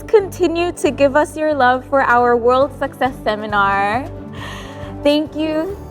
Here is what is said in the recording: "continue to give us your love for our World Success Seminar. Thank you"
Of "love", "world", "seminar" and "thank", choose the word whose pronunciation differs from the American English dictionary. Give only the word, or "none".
none